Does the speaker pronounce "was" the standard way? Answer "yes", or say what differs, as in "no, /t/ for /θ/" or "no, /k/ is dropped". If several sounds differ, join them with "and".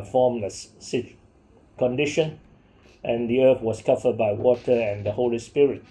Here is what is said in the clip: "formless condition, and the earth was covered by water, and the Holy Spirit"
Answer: no, /s/ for /z/